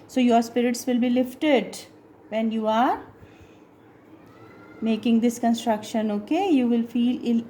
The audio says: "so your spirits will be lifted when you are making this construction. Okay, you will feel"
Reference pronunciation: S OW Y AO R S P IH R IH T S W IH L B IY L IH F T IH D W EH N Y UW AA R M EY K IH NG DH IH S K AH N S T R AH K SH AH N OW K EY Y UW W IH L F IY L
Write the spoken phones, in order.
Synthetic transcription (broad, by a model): S OW Y AO R S P IH R IH T S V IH L B IY L IH F T IH D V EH N Y UW AA R M EY K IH NG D IH S K AH N S T R AH K SH AH N OW K EY Y UW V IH L F IY L